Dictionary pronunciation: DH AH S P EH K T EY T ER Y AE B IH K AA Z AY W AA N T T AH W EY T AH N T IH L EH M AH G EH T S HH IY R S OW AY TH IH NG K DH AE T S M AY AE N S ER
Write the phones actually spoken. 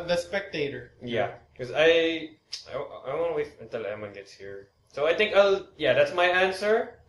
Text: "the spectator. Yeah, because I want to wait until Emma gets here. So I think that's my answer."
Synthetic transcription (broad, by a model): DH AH S P EH K T EY T ER Y AE K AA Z AY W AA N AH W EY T AH N T IH L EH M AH G EH T S HH IY R S OW AY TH IH NG K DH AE T S M AY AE N S ER